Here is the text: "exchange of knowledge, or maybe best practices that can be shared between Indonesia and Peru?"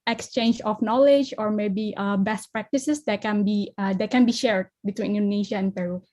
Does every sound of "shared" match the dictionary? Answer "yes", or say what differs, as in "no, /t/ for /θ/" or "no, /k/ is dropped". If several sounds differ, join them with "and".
yes